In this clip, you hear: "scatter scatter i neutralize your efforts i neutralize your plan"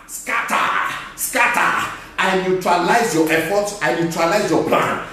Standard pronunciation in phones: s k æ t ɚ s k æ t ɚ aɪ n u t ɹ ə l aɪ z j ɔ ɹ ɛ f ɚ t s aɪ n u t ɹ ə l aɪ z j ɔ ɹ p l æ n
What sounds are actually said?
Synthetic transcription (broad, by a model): s k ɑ t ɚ s k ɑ t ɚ aɪ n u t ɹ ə l aɪ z j ɔ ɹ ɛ f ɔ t aɪ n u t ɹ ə l aɪ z j ɔ p l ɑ n